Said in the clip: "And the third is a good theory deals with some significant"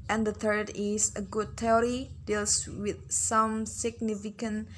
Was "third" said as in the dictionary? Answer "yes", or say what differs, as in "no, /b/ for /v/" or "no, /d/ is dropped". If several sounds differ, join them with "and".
yes